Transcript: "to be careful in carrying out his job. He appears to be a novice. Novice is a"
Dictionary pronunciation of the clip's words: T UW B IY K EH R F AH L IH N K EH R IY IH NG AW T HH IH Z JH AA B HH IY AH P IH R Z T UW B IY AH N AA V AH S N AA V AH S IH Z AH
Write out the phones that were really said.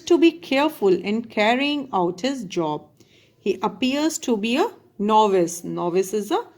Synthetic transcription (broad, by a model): T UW B IY K EH R F AH L IH N K EH R IY IH NG AW T HH IH Z JH AA B HH IY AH P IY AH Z T UW B IY AH N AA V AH S N AA V AH S IH Z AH